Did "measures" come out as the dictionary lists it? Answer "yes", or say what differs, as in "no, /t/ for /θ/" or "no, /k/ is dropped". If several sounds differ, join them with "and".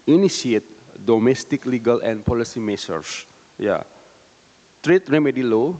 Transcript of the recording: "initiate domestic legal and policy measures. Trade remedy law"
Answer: no, /s/ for /ʒ/